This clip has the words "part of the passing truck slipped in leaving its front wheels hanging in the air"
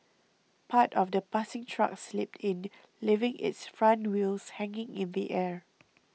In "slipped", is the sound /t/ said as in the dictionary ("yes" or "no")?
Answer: yes